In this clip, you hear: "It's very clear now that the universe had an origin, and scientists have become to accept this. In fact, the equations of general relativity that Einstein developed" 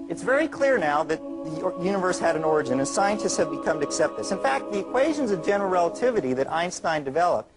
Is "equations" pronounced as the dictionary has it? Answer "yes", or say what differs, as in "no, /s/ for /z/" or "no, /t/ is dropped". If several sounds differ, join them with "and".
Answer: yes